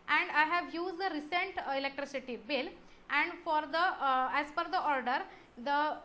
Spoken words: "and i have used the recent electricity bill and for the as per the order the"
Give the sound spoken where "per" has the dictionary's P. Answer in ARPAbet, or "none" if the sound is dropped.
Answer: F